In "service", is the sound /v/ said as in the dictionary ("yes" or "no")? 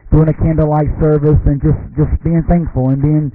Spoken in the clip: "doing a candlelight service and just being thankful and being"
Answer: yes